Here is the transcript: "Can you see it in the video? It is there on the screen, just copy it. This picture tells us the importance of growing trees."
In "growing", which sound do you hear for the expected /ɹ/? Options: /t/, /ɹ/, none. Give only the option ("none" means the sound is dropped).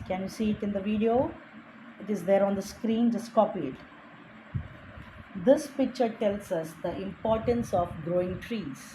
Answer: /ɹ/